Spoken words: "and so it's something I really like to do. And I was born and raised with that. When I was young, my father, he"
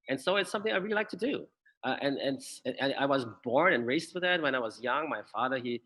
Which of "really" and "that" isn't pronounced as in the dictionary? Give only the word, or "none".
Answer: none